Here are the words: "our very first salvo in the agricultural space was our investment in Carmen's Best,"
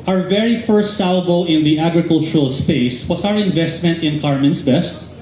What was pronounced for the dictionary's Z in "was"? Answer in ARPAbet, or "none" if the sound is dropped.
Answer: S